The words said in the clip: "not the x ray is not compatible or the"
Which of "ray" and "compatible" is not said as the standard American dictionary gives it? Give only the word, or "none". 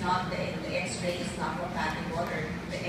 compatible